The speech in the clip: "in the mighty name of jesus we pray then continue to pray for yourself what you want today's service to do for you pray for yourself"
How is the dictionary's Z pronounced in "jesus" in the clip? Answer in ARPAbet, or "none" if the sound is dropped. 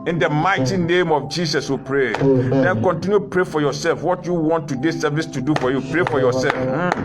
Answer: S